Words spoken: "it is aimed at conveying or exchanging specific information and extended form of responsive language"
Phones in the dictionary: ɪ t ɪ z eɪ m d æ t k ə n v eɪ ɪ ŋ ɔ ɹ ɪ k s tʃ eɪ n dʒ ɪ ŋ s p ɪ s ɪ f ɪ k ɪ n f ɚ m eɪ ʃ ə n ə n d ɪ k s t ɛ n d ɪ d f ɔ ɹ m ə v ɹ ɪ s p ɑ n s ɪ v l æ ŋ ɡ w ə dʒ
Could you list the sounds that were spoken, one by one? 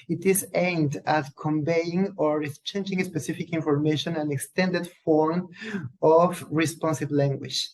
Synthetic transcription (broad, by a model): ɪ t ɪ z eɪ m d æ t k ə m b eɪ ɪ ŋ ɔ ɹ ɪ s tʃ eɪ n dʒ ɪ ŋ s p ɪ s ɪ f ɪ k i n f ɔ m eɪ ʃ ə n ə n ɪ k s t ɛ n d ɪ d f ɔ ɹ m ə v ɹ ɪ s p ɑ n s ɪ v l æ ŋ ɡ w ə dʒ